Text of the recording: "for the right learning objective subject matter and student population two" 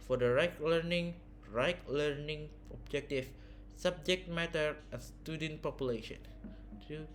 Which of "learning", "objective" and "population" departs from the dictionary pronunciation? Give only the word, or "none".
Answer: objective